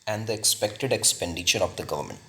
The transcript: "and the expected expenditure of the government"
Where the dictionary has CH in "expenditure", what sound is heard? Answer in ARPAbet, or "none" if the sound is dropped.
SH